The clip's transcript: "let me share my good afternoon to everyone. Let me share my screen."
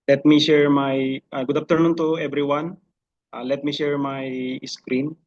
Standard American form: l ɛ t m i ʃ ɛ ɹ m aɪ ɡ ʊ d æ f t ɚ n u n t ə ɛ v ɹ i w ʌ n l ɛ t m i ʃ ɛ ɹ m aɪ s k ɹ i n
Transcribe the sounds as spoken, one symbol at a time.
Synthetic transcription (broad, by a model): l ɛ t m i ʃ ɛ ɹ m aɪ ɡ ʊ d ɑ p t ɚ n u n t ə ɛ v ɹ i w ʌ n l ɛ t m i ʃ ɛ ɹ m aɪ s k ɹ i n